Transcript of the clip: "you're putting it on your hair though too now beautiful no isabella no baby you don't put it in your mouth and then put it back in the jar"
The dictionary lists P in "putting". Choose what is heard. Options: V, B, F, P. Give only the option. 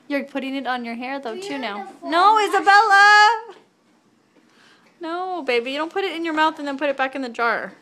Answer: P